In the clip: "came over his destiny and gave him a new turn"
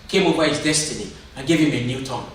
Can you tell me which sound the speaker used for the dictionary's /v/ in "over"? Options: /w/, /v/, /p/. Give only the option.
/p/